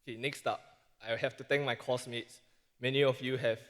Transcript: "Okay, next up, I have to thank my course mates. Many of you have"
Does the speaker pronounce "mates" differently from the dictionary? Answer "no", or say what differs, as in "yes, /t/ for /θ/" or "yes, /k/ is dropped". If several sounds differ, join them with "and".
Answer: no